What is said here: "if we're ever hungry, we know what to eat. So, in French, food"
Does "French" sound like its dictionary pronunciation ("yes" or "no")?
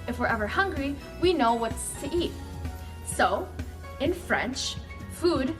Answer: yes